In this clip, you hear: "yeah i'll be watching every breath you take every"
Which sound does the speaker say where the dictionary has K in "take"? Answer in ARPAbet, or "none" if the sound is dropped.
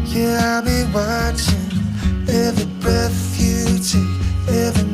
none